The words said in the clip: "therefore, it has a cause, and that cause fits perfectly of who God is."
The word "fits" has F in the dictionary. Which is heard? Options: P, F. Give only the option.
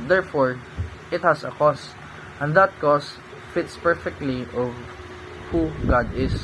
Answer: F